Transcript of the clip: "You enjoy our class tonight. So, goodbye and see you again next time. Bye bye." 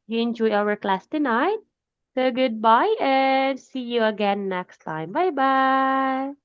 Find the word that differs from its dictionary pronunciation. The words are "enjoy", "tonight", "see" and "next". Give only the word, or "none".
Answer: none